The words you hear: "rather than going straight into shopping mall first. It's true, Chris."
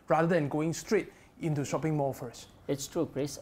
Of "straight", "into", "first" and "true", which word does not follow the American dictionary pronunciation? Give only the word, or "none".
first